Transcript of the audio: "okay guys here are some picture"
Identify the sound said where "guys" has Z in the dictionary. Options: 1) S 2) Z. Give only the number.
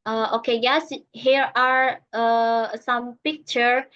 1